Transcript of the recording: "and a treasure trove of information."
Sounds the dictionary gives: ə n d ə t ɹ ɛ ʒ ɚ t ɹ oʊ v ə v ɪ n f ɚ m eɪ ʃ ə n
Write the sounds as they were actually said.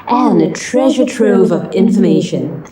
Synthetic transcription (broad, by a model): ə n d ə t ɹ ɛ ʒ ɚ t ɹ oʊ v ə v ɪ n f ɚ m eɪ ʃ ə n